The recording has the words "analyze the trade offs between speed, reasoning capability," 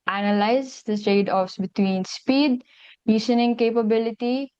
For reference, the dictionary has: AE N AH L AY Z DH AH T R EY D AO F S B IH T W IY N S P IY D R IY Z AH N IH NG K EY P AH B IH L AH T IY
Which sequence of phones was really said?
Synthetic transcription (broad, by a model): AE N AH L AY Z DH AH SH EY D AO F S B IH T W IY N S P IY D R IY S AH N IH NG K EY P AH B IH L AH T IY